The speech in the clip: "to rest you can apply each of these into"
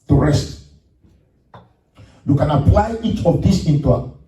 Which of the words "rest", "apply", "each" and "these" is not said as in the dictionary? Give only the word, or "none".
these